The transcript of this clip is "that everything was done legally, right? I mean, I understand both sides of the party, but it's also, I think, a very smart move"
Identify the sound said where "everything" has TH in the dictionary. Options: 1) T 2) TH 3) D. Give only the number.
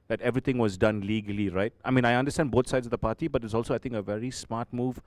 1